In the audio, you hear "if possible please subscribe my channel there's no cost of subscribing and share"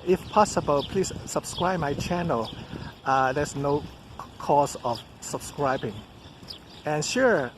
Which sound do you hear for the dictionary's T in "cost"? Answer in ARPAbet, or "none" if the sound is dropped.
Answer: none